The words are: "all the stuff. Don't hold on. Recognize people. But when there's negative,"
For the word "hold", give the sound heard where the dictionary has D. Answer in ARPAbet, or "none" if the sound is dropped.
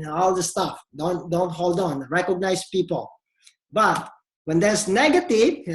D